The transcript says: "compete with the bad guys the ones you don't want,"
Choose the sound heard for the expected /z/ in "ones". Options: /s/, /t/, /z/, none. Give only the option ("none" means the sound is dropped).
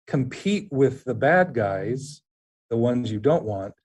/z/